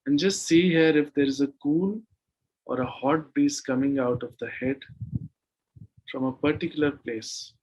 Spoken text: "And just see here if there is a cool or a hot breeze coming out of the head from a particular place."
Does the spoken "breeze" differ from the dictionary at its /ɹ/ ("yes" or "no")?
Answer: yes